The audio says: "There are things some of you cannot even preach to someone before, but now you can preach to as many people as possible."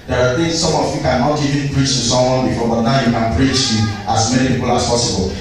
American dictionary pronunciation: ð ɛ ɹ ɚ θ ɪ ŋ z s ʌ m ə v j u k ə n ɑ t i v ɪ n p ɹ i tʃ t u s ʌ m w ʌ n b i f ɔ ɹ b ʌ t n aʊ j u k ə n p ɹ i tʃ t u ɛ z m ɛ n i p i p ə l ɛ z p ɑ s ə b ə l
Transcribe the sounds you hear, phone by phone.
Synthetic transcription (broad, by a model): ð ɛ ɹ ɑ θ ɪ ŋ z s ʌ m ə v j u k ə n ɑ t i v ɪ n p ɹ i tʃ t u s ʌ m w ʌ n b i f ɔ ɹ b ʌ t n aʊ j u k ə n p ɹ i tʃ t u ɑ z m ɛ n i p i p ə l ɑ s p ɑ s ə b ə l